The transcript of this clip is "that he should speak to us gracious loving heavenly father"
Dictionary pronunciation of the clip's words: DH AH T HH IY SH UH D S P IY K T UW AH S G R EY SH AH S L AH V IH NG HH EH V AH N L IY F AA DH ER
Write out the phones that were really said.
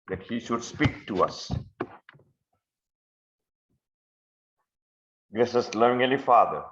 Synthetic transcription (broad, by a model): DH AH T HH IY SH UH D S P IY K T UW AH S G R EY S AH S L AH V IH NG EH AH L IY F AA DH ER